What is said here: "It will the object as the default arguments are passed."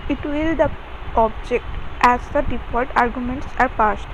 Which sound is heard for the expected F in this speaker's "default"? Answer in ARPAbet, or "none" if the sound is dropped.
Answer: P